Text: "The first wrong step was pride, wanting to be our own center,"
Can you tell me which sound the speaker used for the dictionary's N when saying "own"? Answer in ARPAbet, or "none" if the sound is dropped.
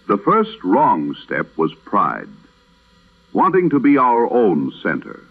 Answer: N